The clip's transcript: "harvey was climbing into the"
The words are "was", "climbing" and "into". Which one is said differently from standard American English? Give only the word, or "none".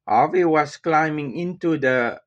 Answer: was